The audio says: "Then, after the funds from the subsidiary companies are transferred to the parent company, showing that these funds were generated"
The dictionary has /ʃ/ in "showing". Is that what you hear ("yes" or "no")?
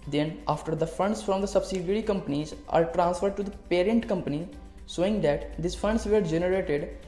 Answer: no